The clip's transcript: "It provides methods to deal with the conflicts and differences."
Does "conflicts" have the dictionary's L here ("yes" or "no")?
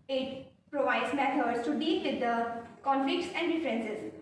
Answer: no